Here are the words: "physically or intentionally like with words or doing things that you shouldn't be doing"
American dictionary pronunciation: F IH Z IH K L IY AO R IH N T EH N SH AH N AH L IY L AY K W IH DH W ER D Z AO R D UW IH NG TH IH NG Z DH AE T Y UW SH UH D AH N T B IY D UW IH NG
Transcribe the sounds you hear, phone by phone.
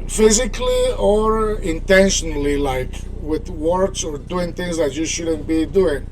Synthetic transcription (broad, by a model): F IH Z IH K L IY AO R IH N T EH N SH AH N AH L IY L AY K W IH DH W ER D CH AO R D UW IH NG TH IH NG Z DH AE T Y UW SH UH D AH N T B IY D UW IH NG